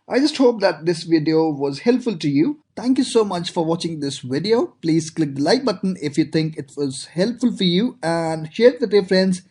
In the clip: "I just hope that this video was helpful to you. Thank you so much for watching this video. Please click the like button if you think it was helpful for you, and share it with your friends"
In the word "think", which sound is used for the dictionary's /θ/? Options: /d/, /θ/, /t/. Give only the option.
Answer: /t/